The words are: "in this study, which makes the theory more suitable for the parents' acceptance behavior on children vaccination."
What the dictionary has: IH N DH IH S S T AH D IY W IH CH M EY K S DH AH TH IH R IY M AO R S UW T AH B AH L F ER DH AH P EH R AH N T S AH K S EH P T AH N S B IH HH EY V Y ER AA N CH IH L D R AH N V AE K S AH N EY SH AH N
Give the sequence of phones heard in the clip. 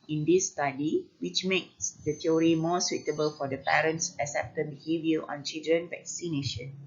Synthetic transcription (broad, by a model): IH N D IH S S T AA D IY W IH CH M EY K S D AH T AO R IY M AO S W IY T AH B AH L F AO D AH P EH R AH N T S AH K S EH P T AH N B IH HH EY V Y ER AA N CH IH L D R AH N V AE K S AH N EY SH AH N